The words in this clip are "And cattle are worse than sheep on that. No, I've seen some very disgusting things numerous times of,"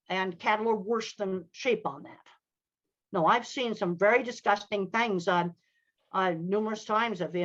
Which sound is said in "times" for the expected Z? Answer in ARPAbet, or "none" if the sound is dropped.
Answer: Z